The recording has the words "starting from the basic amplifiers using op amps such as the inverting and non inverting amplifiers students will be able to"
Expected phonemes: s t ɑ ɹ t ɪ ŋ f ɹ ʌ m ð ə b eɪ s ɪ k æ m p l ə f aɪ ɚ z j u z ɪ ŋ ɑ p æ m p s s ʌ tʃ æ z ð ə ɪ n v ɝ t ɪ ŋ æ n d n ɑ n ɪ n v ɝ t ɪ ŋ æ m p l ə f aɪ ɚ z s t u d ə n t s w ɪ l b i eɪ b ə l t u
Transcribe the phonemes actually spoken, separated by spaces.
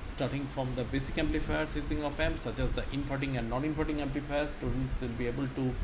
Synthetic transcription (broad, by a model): s t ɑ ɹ t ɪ ŋ f ɹ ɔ m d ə b eɪ s ɪ k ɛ m p l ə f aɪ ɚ s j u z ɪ ŋ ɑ f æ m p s s ʌ tʃ æ z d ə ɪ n f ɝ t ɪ ŋ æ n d n ɑ n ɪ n f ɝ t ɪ ŋ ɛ m p l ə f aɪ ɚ s t u d ə n t s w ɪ l b i eɪ b ə l t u